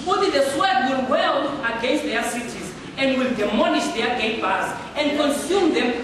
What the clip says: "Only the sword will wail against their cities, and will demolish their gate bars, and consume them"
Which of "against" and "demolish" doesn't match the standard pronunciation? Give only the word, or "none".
demolish